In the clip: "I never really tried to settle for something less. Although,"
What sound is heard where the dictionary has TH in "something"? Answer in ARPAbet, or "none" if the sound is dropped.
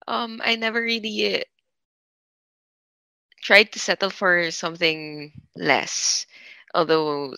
TH